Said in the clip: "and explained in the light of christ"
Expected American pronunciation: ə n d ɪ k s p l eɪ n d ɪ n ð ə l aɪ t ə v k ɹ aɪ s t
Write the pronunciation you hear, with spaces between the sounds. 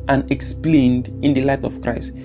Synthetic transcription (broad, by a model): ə n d ɪ k s p l eɪ n d ɪ n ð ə l aɪ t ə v k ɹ aɪ s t